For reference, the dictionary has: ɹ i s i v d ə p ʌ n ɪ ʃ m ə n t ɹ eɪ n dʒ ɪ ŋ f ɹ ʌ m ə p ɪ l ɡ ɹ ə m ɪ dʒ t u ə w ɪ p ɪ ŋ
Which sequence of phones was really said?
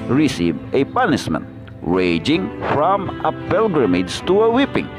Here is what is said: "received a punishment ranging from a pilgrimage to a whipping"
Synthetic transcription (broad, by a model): ɹ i s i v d ə p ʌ n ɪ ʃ m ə n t ɹ eɪ dʒ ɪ ŋ f ɹ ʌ m ə p ɪ l ɡ ɹ ə m ɪ dʒ t u ə w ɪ p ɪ ŋ